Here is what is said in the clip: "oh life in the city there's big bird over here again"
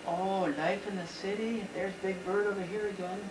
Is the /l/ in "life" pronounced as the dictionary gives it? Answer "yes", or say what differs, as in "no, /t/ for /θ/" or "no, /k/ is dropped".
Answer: yes